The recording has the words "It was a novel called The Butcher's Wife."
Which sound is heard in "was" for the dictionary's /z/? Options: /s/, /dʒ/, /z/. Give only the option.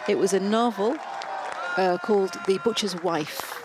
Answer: /z/